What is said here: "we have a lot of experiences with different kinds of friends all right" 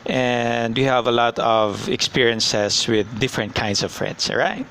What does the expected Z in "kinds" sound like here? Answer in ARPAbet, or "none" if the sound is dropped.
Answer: S